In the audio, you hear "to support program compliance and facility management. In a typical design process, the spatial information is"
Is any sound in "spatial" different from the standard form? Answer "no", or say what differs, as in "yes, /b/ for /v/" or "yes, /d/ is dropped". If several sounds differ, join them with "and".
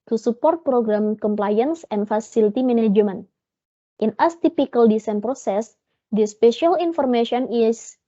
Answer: no